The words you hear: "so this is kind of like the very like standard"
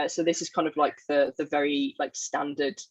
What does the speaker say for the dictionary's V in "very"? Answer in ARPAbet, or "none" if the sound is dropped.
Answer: V